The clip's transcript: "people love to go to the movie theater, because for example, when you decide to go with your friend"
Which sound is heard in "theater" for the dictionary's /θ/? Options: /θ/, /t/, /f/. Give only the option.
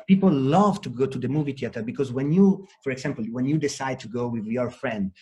/t/